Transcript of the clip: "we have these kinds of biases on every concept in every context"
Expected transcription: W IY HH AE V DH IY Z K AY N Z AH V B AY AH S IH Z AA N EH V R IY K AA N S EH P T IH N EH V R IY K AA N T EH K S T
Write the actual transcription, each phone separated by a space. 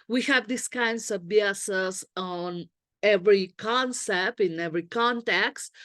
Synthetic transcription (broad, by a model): W IY HH AE V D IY S K AY N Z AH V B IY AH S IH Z AA N EH V R IY K AA N S EH P T IH N EH V R IY K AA N T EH K S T